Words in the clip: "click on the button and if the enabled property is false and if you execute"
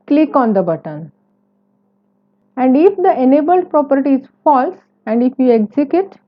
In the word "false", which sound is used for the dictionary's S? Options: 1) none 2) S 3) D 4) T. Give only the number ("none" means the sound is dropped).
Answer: 2